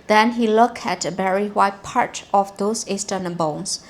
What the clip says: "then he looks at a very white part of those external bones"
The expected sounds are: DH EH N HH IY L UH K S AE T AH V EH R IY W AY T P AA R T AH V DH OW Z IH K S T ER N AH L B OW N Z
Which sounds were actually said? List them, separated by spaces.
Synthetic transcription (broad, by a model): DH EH N HH IY L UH K AE T AH V EH R IY W AY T P AA R T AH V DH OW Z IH S T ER N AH B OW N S